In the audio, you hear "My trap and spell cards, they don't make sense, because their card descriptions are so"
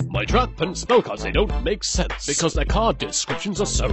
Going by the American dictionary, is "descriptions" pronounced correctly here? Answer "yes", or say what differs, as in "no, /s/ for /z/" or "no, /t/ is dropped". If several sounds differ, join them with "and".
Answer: yes